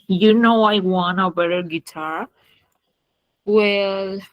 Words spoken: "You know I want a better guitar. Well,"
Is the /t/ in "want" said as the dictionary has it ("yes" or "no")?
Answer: no